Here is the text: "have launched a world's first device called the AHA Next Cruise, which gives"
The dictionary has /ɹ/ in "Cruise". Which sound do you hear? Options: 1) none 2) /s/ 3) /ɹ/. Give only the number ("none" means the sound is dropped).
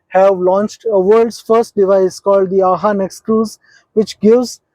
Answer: 1